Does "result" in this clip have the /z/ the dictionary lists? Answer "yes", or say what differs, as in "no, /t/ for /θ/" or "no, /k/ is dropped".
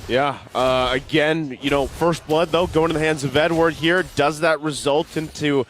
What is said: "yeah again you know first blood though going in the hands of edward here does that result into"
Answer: yes